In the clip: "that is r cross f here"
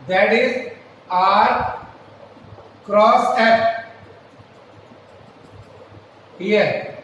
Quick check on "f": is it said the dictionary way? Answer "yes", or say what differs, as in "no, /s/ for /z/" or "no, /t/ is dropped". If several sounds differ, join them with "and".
no, /p/ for /f/